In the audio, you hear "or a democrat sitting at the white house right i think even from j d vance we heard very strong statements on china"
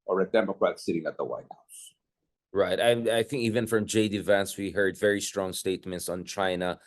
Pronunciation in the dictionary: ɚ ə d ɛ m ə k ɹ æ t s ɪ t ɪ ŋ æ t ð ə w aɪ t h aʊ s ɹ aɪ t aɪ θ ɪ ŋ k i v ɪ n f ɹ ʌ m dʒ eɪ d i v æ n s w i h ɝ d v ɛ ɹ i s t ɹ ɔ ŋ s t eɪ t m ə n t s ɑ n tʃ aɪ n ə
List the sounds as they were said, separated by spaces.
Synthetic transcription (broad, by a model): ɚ ə d ɛ m ə k ɹ æ t s ɪ t ɪ ŋ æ t ð ə w aɪ t h aʊ s ɹ aɪ t aɪ θ ɪ ŋ k i v ɪ n f ɹ ʌ m dʒ eɪ d i v æ n s w i h ɝ d v ɛ ɹ i s t ɹ ɔ ŋ s t eɪ t m ə n t s n tʃ aɪ n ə